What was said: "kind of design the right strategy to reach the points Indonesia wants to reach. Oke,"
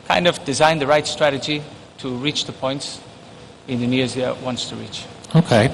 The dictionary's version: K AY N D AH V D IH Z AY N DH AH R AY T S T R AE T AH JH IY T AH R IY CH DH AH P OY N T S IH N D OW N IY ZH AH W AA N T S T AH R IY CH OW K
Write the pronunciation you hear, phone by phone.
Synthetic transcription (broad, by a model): K AY N D AH V D IH Z AY N DH AH R AY T S T R AE T AH JH IY T AH R IY CH DH AH P OY N T S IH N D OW N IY Z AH W AA N T S T AH R IY CH OW K